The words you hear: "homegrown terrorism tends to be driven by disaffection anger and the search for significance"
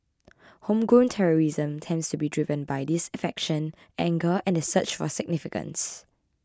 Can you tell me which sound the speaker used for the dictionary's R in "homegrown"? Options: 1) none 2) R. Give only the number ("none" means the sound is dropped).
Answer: 1